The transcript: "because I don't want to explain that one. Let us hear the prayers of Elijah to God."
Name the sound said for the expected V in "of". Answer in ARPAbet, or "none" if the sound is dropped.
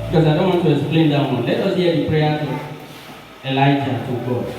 B